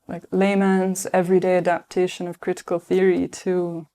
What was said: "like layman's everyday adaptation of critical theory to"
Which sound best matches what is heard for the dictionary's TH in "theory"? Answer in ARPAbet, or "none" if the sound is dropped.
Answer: TH